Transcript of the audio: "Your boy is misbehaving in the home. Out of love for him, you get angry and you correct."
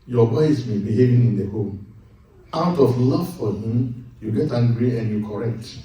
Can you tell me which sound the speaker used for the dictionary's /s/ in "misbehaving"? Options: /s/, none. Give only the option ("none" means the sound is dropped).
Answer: none